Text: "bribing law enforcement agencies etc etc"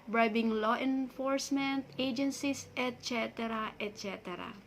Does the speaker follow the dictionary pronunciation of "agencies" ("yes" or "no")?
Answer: no